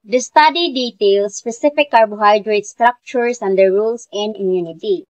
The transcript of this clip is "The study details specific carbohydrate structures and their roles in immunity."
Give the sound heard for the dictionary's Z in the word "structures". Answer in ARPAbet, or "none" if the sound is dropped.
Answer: S